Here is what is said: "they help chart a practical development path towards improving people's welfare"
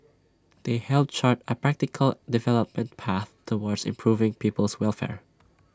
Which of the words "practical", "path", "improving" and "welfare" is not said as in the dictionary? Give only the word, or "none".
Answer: none